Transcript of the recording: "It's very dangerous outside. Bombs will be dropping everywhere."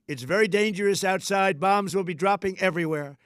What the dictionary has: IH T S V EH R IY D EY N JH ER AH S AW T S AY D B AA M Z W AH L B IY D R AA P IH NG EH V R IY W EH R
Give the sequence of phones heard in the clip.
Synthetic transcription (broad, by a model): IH T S V EH R IY D EY N JH ER AH S AW T S AY D B AA M Z W AH L B IY D R AA P IH NG EH V R IY W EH R